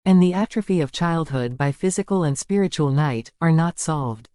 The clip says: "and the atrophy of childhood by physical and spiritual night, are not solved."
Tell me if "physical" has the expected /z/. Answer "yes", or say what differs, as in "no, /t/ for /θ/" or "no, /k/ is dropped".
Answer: yes